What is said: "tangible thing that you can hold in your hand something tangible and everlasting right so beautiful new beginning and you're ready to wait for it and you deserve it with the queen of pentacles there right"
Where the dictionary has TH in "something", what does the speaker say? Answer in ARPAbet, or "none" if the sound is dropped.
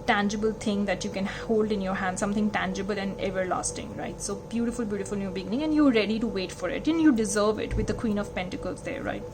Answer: T